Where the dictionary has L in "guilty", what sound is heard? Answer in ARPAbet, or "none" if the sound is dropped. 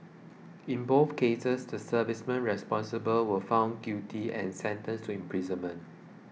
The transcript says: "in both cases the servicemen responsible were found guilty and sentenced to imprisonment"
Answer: none